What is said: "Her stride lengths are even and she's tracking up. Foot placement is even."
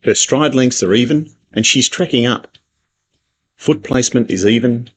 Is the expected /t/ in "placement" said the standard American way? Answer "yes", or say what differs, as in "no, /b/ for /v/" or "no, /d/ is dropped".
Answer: yes